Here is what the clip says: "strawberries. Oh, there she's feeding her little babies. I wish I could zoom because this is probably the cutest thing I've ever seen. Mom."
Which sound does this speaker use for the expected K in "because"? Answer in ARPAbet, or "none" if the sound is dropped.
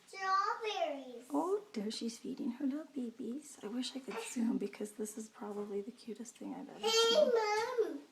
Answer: K